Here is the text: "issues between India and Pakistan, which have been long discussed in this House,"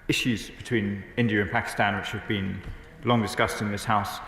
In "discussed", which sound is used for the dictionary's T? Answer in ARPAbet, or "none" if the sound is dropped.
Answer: T